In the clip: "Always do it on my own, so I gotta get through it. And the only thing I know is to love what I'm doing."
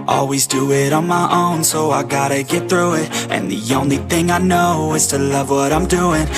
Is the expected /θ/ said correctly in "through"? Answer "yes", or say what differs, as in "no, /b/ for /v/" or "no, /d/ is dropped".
yes